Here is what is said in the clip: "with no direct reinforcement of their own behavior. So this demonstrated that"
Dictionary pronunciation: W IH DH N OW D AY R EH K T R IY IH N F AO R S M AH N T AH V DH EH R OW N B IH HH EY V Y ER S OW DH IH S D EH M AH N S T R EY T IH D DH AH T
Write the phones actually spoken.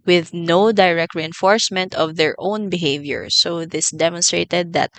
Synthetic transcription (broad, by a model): W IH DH N OW D AY R EH K T R IY IH N F AO R S M AH N T AH V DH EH R OW N B IH HH EY V Y ER S OW DH IH S D EH M AH N S T R EY T IH D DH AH T